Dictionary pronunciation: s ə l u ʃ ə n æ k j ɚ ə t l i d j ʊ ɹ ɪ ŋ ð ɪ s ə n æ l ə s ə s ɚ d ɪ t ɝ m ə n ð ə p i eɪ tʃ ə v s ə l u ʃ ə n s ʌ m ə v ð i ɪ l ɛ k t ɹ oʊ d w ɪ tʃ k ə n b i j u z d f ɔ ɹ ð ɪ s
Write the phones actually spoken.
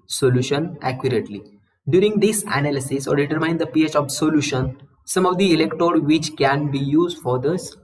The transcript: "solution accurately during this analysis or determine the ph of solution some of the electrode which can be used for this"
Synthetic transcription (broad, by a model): s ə l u ʃ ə n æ k j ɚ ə t l i d j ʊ ɹ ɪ ŋ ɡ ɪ s ə n æ l ə s ə s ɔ d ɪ t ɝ m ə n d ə p i eɪ tʃ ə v s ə l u ʃ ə n s ʌ m ə v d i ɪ l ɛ k t oʊ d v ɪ tʃ k ə n b i j u z d f ɔ ɹ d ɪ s